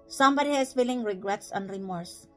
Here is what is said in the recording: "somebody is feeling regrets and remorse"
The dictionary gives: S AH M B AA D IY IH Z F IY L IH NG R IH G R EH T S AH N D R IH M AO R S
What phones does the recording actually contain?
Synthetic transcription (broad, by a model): S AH M B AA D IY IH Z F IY L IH NG R IH G R EH T S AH N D R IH M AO R S